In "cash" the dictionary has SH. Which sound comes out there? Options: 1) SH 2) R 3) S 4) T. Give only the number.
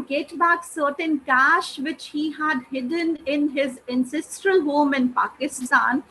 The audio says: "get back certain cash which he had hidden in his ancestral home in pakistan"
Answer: 1